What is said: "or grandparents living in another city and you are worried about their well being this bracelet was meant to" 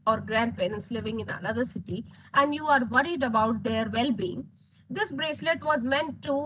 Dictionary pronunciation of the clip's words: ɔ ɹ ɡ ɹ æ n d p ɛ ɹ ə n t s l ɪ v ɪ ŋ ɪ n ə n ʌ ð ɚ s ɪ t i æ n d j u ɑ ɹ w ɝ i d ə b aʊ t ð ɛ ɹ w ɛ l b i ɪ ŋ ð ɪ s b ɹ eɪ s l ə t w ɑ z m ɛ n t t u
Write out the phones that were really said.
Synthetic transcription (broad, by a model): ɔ ɹ ɡ ɹ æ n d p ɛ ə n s l ɪ v ɪ ŋ ɪ n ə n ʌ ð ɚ s ɪ t i æ n d j u ɑ ɹ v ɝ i d ə b aʊ t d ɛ ɹ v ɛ l b i ɪ ŋ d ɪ s b ɹ eɪ s l ə t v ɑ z m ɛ n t t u